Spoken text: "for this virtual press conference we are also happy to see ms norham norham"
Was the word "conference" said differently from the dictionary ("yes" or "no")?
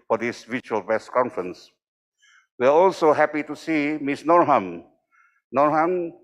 no